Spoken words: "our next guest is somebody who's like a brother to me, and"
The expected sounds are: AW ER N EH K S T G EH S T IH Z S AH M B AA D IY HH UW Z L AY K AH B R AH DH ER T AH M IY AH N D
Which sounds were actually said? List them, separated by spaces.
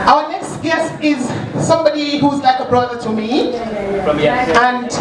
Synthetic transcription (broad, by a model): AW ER N EH K S T G EH S T IH Z S AH M B AA D IY HH UW Z L AY K AH B R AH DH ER T AH M IY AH N